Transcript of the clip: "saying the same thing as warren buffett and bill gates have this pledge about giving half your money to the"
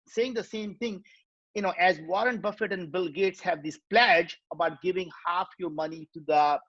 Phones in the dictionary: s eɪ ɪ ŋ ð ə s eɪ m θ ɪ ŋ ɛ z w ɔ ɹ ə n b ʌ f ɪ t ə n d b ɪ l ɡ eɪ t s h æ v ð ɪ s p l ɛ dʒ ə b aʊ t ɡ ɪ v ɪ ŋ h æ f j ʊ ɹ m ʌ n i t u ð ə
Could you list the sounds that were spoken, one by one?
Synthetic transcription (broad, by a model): s eɪ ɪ ŋ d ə s eɪ m t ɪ ŋ ɛ z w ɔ ɹ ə n b ʌ f ɪ t ə n d b ɪ l ɡ eɪ t s h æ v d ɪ s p l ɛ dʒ ə b aʊ t ɡ ɪ v ɪ ŋ h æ f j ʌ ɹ m ʌ n i t u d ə